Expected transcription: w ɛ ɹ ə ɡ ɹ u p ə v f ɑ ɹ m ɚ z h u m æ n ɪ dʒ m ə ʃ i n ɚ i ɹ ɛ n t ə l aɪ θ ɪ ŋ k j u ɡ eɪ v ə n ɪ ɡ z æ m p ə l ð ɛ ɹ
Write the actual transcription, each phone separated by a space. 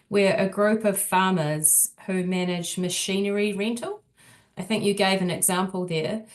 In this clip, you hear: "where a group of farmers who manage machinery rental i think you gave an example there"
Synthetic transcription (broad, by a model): w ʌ ɹ ə ɡ ɹ u p ə v f ɑ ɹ m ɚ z h u m æ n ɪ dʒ m ə ʃ i n ɚ i ɹ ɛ n t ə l aɪ θ ɪ ŋ k j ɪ ɡ eɪ v ə n ɪ ɡ z æ m p ə l ð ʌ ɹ